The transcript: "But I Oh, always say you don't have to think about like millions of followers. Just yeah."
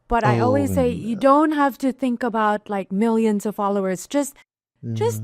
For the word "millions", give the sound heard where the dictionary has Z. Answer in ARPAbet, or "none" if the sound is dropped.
Z